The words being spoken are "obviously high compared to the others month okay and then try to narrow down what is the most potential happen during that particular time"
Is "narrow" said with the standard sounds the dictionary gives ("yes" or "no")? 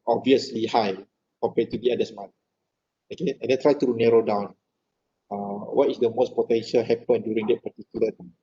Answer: yes